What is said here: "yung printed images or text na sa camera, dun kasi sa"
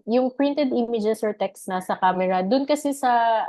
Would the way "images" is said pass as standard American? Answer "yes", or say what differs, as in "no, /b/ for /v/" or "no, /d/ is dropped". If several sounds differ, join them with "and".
no, /s/ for /z/